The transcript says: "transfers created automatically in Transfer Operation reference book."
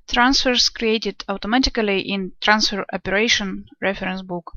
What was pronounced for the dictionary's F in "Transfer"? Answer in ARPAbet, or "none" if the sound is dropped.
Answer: F